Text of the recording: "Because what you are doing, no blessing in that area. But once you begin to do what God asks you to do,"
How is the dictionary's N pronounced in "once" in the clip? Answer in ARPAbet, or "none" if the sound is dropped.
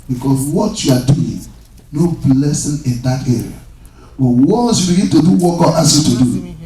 none